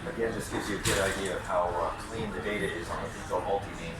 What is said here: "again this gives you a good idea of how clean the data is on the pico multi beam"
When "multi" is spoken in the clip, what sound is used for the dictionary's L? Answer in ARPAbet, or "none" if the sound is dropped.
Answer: L